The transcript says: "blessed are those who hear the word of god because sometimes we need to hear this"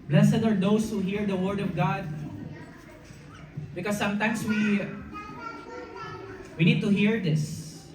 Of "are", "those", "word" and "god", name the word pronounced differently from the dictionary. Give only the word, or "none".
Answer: those